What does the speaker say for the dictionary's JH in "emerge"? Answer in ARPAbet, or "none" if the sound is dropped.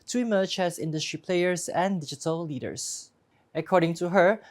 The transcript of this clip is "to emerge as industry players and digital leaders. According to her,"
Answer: CH